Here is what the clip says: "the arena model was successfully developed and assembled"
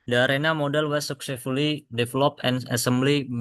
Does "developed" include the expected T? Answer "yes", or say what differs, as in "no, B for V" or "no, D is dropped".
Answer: no, T is dropped